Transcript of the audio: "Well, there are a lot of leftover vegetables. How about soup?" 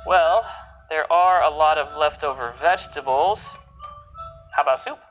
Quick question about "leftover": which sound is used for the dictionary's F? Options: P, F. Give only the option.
F